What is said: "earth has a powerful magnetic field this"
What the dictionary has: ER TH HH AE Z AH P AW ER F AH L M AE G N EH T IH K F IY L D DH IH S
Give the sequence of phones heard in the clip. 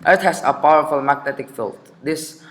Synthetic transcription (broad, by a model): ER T HH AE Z AH P AW ER F AH L M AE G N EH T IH K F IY L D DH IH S